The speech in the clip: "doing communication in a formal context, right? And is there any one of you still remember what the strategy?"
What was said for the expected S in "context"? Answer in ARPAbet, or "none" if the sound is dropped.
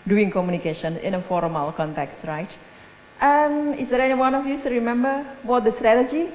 S